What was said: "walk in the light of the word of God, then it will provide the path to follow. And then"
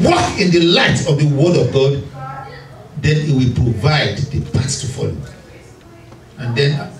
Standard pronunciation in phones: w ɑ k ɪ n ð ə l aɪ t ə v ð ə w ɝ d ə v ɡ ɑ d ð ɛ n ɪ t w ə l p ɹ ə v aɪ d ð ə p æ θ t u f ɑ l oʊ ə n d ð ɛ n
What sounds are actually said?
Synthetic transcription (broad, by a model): w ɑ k ɪ n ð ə l aɪ t ə v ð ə w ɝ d ə v ɡ ɑ d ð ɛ n ɪ t w ə l p ɹ ə v aɪ d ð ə p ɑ s t u f ɑ l oʊ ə n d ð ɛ n